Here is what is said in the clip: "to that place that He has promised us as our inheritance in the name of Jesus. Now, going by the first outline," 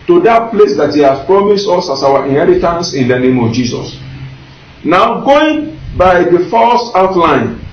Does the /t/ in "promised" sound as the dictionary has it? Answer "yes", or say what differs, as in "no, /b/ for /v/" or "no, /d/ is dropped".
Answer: yes